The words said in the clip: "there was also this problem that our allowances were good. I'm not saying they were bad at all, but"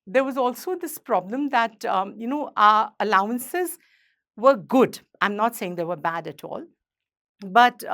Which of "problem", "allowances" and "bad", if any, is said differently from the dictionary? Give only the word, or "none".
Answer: none